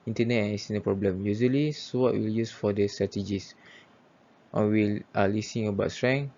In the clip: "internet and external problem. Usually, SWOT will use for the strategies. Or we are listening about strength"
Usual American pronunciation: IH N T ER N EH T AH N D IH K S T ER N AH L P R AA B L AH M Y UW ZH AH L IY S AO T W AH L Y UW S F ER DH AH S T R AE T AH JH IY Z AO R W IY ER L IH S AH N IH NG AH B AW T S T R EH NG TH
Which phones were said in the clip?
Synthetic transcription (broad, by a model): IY N T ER N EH T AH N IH S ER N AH P R AA B L AH M Y UW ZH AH L IY S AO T W AH L Y UW S F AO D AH S T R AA T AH JH IY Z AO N W IY L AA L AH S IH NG AH B AW T S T R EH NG